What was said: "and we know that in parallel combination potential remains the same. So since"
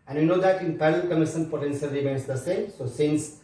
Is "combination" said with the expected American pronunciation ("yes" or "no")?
no